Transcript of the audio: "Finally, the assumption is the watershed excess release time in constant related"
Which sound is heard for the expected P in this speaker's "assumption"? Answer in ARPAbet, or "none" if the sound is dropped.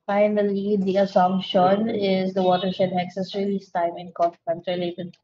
none